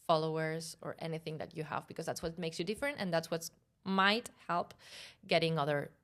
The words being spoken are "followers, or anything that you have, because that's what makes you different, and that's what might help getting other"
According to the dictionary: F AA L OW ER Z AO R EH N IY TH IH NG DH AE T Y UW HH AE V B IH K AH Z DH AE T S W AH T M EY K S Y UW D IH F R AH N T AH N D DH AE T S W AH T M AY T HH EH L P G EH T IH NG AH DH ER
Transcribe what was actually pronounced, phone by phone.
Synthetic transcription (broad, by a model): F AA L OW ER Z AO R EH N IY TH IH NG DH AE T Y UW HH AE V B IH K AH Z DH AE T S W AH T M EY K S Y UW D IH F R AH N T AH N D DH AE T S W AH T M AY T HH EH L P G EH T IH NG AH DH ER